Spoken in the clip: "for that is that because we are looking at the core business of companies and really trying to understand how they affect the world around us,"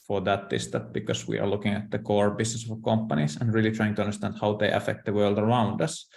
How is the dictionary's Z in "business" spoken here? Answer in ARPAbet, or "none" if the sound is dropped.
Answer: S